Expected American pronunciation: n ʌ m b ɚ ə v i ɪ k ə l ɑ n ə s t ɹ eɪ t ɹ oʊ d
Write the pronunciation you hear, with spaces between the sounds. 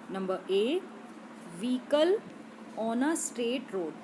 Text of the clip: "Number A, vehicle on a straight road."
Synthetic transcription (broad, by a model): n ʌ m b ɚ ə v i k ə l ɑ n ə s t eɪ t ɹ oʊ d